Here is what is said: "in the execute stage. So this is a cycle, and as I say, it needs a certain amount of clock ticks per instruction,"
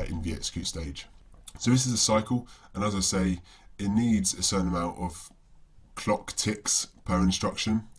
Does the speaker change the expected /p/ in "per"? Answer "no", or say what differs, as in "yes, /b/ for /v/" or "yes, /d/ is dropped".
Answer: no